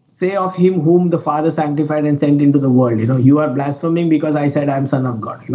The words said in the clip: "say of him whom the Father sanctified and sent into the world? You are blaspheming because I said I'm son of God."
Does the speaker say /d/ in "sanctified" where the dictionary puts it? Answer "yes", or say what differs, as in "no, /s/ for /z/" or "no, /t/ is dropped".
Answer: yes